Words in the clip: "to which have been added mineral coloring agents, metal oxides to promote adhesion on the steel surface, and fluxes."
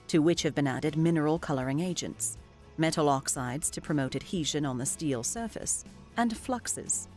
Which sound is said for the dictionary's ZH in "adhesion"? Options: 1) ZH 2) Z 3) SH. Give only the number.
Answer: 1